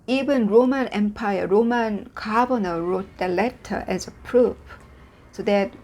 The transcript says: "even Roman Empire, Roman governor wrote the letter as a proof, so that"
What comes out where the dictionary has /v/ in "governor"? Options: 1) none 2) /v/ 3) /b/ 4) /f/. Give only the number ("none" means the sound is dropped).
3